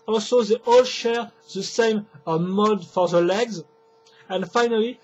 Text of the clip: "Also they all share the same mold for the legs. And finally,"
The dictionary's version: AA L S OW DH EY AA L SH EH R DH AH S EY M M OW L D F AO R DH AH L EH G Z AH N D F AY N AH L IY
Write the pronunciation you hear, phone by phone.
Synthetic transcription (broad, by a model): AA L S OW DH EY AA L SH EH R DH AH S EY M M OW D F AO R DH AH L EH G Z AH N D F AY N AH L IY